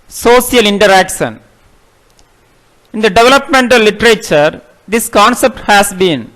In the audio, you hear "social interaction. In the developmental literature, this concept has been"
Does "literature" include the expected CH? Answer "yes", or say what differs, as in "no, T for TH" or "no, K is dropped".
yes